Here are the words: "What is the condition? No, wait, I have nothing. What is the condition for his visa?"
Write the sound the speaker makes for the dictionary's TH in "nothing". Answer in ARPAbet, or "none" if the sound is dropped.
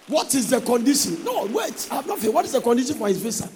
F